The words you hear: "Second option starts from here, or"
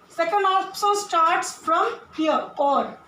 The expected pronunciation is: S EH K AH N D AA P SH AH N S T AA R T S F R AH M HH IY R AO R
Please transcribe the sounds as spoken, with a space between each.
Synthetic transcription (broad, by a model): S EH K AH N D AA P S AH L S T AA R T S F R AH M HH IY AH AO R